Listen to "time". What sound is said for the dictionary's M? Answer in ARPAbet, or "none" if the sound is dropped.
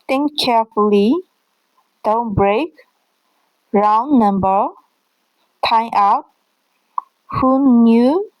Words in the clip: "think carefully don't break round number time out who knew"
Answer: none